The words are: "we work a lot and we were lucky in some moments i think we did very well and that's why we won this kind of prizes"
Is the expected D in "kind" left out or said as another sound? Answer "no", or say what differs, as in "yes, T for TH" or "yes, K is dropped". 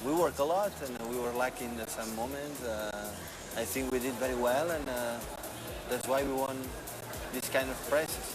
no